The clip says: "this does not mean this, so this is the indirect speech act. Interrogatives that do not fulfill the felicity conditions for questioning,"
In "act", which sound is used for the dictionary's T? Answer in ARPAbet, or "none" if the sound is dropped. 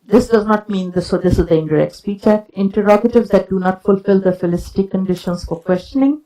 none